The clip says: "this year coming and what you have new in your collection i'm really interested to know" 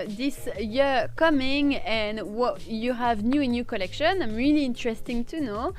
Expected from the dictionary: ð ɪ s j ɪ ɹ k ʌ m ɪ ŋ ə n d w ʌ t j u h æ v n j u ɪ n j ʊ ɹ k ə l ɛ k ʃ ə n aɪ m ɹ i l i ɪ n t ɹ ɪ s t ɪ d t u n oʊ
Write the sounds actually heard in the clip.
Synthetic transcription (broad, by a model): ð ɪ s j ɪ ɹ k ʌ m ɪ ŋ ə n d w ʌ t j u h æ v n j u ɪ n j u k ə l ɛ k ʃ ə n aɪ m ɹ i l i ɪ n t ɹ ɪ s t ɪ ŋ t u n oʊ